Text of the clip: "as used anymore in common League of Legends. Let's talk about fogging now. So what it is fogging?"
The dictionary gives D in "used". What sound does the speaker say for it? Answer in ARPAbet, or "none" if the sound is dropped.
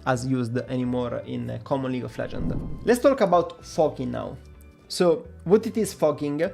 D